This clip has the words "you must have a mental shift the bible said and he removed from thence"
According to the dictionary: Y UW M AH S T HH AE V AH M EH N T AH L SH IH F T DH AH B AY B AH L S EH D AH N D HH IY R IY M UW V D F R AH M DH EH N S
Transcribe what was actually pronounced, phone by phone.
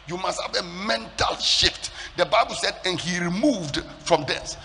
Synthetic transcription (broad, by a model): Y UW M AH S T HH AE V AH M EH N T AH L SH IH F T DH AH B AY B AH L S EH D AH N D HH IY R IY M UW V D F R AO M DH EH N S